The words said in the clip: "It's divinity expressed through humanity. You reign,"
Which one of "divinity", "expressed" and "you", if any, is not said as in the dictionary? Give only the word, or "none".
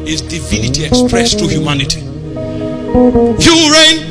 none